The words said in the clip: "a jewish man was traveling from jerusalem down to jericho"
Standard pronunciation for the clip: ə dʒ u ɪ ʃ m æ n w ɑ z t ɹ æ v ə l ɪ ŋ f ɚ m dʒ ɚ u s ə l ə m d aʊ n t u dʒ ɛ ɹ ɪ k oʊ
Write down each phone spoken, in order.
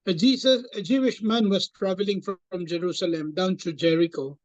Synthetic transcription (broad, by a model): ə dʒ u ɪ ʃ m æ n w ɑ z t ɹ æ v ə l ɪ ŋ f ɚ m dʒ ɚ u s ə l ə m d aʊ n t u dʒ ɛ ɹ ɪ k oʊ